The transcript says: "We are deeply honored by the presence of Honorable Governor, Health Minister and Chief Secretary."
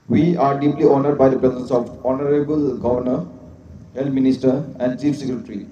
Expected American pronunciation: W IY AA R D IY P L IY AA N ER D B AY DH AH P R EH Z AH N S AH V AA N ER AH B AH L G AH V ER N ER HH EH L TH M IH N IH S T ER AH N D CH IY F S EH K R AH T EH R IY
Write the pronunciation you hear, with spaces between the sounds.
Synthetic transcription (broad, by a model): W IY AA R D IY P L IY AA N ER D B AY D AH P R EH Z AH N S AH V AA N ER AH B AH L G AH V ER N ER HH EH L T M IH N IH S T ER AH N D CH IY F S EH K R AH T R IY